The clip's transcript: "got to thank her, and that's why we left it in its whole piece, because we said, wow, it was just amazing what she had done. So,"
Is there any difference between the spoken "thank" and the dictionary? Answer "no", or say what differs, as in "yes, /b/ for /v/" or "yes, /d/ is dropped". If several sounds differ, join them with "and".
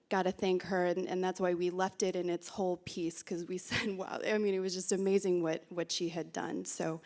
no